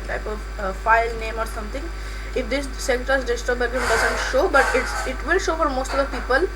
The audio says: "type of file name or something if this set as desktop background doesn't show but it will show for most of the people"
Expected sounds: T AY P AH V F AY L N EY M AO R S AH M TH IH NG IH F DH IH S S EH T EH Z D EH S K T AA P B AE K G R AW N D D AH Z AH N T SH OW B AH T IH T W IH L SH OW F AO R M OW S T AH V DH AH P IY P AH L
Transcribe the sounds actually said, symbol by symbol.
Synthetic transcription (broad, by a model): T AY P AH V F AY L N EY M AO R S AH M T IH NG IH F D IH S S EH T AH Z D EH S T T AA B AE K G IH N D D AH Z AH N T SH OW B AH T IH T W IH L SH OW F AO R M OW S T AH V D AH P IY P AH L